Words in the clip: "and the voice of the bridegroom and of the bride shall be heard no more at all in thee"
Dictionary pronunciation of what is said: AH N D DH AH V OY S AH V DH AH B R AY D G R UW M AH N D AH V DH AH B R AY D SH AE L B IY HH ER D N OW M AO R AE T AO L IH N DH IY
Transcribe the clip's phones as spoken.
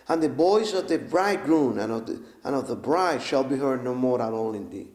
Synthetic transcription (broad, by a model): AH N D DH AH B OY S AH V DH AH B R AY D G R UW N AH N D AH V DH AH B R AY D SH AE L B IY HH ER D N OW M AO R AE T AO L IH N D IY